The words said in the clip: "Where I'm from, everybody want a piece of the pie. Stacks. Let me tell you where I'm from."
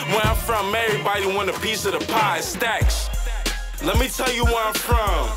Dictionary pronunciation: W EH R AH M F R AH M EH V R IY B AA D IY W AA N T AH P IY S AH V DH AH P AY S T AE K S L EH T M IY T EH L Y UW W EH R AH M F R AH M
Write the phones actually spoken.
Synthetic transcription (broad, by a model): W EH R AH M F R AH M EH R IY B AA D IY W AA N AH P IY S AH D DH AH P AY S T AE K S L EH T M IY T EH L Y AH W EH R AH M F R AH M